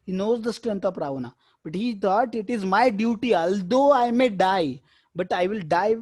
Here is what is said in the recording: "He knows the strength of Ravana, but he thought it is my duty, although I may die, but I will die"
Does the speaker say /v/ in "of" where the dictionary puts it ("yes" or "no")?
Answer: no